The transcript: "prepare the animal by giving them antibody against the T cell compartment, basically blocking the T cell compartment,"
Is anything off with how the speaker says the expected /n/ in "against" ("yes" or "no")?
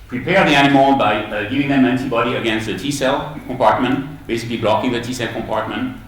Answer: no